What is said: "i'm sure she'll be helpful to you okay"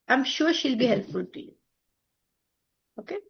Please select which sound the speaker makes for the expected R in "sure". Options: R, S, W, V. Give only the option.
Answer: W